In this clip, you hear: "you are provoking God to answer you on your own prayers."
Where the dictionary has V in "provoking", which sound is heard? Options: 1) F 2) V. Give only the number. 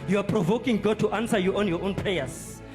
2